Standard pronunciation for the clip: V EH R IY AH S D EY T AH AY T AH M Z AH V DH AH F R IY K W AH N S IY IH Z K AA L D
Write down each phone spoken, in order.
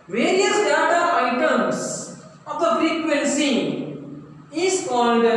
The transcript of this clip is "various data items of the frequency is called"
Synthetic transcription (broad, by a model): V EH R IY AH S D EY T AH AY T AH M S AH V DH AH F R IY K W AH N S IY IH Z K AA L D